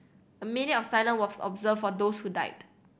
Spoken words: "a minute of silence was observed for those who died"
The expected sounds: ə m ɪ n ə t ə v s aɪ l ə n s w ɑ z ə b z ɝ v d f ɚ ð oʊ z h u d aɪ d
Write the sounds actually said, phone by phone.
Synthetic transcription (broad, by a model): ə m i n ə ə f s aɪ l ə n w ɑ s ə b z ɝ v f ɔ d oʊ s h u d aɪ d